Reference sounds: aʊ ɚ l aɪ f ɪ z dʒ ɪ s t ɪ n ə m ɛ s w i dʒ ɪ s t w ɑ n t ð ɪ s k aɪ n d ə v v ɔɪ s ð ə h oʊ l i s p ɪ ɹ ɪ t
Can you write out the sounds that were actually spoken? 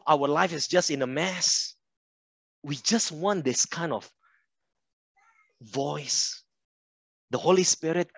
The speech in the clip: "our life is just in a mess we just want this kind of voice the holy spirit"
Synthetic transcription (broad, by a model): aʊ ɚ l aɪ f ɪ s dʒ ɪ s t ɪ n ə m ɛ s w i dʒ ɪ s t w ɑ n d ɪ s k aɪ n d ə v v ɔɪ s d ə h oʊ l i s p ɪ ɹ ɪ t